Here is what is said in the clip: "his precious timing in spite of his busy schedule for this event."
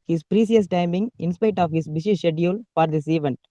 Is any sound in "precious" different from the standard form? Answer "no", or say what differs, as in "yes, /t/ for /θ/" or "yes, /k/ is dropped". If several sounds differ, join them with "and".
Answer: yes, /s/ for /ʃ/